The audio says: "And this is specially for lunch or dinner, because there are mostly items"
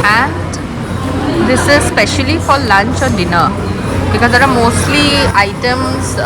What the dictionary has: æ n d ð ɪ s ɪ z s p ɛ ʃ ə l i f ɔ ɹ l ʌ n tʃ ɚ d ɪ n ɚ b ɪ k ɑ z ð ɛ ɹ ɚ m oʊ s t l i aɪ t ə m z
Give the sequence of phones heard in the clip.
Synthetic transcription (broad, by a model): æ n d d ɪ s ɪ z s p ɛ ʃ ə l i f ɔ ɹ l ʌ n tʃ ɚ d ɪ n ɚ b ɪ k ɑ z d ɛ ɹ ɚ m oʊ s t l i aɪ t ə m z